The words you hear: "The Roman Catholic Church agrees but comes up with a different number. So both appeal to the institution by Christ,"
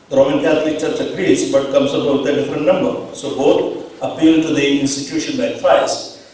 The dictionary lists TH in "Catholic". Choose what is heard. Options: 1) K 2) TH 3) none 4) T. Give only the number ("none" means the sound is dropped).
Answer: 4